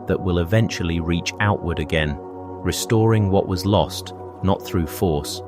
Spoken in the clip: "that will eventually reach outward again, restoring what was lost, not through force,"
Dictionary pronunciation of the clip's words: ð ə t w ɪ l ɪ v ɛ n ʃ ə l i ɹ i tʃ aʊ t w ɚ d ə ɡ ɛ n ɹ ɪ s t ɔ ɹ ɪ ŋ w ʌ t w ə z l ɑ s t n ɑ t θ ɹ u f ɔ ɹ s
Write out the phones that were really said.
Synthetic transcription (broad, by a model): ð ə t w ɪ l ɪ v ɛ n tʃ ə l i ɹ i tʃ aʊ t w ɚ d ə ɡ ɛ n ɹ ɪ s t ɔ ɹ ɪ ŋ w ʌ t w ə z l ɑ s t n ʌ t θ ɹ u f ɔ ɹ s